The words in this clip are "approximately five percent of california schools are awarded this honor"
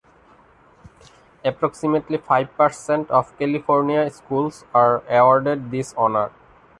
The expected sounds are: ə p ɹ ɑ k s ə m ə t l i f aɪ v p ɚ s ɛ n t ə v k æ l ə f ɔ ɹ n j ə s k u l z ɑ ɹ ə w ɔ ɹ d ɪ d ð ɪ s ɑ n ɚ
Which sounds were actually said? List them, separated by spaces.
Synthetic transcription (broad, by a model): ə p ɹ ɑ k s ə m ə t l i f aɪ b p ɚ s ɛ n t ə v k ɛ l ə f ɔ ɹ n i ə s k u l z ɑ ɹ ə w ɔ ɹ d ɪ d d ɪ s ɑ n ɚ